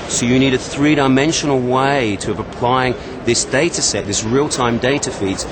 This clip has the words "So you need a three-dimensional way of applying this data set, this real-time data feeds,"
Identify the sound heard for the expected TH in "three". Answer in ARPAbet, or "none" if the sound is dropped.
TH